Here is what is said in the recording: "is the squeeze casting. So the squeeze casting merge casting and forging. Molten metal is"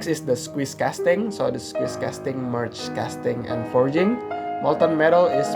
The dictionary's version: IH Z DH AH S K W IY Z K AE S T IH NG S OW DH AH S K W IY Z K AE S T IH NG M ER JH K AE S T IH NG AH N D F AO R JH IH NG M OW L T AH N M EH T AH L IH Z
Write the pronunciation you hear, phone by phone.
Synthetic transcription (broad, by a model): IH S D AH S K W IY S K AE S T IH NG S OW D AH S K W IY S K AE S T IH NG M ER CH K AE S T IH NG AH N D F AO R JH IH NG M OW L T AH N M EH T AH L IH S